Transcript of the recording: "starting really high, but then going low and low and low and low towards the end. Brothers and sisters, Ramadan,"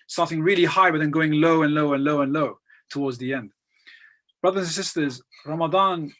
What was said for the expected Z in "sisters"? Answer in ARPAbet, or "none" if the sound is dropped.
Z